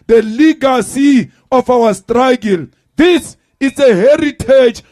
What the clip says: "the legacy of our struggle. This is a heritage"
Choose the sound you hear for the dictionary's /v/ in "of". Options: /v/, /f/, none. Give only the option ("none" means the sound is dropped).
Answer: /f/